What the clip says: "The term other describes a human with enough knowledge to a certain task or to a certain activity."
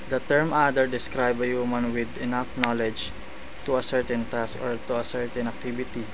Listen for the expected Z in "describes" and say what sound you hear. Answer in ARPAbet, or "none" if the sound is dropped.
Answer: none